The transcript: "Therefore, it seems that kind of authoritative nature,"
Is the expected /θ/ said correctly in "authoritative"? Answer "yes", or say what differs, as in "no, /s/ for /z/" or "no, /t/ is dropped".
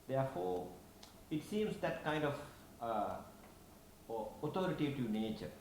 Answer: no, /t/ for /θ/